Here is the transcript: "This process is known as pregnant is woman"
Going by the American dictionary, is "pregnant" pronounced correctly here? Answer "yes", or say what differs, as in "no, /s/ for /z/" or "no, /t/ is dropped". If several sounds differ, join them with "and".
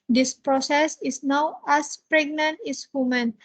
yes